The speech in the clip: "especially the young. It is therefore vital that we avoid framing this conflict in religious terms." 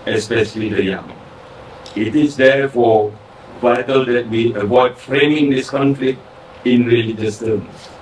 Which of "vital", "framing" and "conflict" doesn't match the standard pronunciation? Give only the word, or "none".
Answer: none